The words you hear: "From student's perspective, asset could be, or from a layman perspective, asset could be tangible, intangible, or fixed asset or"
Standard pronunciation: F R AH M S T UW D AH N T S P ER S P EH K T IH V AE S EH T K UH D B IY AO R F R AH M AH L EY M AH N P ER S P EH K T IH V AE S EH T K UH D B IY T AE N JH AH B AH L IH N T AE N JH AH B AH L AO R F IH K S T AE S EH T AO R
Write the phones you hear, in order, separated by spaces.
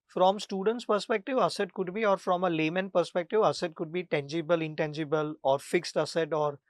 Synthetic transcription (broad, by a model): F R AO M S T UW D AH N T S P ER S P EH K T IH V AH S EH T K UH D B IY AO R F R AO M AH L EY M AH N P ER S P EH K T IH V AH S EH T K UH D B IY T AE N JH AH B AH L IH N T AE N JH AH B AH L AO R F IH K S T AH S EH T AO R